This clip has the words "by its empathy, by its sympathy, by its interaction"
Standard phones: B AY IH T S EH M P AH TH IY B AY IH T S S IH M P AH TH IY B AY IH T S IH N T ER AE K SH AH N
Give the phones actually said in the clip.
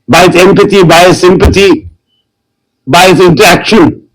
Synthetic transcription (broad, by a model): B AY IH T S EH M P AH T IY B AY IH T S S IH M P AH T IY B AY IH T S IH N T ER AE K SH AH N